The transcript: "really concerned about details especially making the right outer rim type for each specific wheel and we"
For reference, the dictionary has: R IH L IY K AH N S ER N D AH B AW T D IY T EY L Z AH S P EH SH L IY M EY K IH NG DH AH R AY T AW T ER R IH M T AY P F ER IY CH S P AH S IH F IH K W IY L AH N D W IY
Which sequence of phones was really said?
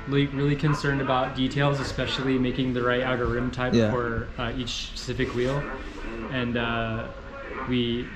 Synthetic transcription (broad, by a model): R IH L IY K AH N S ER N D AH B AW T D IY T EY L Z AH S P EH SH L IY M EY K IH NG DH AH R AY T AW T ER R IH M T AY P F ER IY CH S P AH S IH F IH K W IY L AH N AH W IY